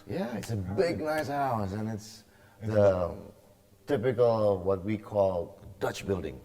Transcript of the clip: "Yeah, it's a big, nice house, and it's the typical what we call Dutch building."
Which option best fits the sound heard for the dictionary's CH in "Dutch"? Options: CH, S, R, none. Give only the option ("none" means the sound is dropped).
CH